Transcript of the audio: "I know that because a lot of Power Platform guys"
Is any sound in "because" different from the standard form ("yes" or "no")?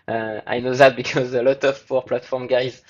no